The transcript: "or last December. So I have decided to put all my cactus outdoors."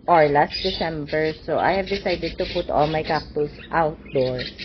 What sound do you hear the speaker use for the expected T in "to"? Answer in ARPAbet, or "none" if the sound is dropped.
T